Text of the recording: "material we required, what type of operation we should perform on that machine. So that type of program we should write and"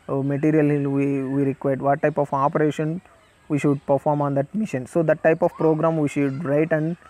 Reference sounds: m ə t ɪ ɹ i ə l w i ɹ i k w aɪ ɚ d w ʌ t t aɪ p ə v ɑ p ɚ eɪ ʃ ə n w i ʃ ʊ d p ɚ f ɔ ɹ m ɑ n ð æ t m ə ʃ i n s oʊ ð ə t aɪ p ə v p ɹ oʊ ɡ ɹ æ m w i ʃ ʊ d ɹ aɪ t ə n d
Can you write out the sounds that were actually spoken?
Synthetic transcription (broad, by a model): m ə t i ɹ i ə l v i ɹ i k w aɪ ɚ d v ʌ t t aɪ p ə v ɑ p ɚ eɪ ʃ ə n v i ʃ ʊ d p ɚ f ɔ ɹ m ɑ n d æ t m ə ʃ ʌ n s oʊ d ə t aɪ p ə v p ɹ oʊ ɡ ɹ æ m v i ʃ ʊ d ɹ aɪ t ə n d